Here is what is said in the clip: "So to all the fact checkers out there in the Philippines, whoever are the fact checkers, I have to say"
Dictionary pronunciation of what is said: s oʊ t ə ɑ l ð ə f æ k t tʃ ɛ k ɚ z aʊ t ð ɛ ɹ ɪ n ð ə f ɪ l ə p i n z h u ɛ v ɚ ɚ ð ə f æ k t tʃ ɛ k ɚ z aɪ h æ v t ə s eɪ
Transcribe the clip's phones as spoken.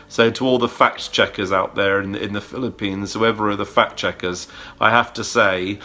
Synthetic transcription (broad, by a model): s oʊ t ə ɑ l ð ə f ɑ k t tʃ ɛ k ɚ z aʊ t ð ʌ ɹ ɪ n ð ə f ɪ l ə p i n z h u ɛ v ɚ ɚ ð ə f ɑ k tʃ ɛ k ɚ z aɪ h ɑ f t ə s eɪ